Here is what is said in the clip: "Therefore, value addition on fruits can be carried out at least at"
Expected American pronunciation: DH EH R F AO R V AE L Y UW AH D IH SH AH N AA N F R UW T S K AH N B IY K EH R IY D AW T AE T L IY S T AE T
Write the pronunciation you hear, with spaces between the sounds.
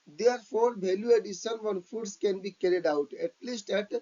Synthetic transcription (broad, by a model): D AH R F AO R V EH L Y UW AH D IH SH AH N AA N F UW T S K AH N B IY K EH R IY D AW T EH T L IY S T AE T